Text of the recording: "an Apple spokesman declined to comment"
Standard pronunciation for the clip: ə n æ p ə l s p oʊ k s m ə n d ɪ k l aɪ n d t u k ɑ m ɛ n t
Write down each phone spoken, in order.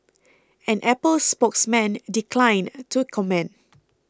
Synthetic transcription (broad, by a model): ə n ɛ p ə l s p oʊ k s m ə n d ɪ k l aɪ n t u k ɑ m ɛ n